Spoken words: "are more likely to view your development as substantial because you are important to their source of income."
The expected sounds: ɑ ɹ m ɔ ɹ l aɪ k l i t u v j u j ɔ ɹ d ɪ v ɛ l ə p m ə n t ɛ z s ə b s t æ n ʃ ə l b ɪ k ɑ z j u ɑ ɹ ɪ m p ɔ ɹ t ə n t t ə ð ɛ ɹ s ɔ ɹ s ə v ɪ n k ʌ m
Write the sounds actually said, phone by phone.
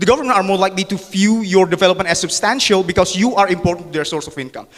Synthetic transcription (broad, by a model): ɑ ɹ m ɔ ɹ l aɪ k l i t u f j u j ɔ ɹ d ɪ v ɛ l ə p m ə n t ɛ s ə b s t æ n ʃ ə l b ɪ k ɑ s j u ɑ ɹ ɪ m p ɔ ɹ t ə n t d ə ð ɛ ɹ s ɔ ɹ s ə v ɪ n k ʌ m